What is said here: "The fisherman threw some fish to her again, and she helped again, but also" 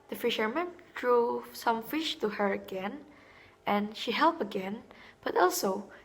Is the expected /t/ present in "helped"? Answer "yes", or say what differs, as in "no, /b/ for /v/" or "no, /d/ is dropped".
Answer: no, /t/ is dropped